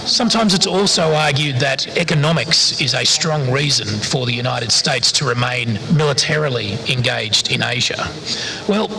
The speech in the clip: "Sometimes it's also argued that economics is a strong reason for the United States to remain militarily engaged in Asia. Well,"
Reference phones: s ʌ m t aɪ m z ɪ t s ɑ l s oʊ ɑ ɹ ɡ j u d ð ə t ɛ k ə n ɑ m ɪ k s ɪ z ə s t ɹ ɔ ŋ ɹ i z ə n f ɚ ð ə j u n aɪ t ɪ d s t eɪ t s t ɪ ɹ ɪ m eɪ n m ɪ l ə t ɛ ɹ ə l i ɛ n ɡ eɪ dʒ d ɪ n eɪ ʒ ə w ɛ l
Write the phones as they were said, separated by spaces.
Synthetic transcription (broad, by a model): s ʌ m t aɪ m z ɪ t s ɑ l s oʊ ɑ ɹ ɡ j u d ð ə t ɛ k ə n ɑ m ɪ k s ɪ z ə s t ɹ ɔ ŋ ɹ i z ə n f ɚ ð ə j u n aɪ t ɪ d s t eɪ t s t ɪ ɹ ɪ m eɪ n m ɪ l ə t ɛ ɹ l i ɛ n ɡ eɪ dʒ d ɪ n eɪ ʒ ə w ɛ l